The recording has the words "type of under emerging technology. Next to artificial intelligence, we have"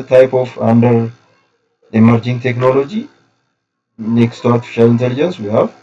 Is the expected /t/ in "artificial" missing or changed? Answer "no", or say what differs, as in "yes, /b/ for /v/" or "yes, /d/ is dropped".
no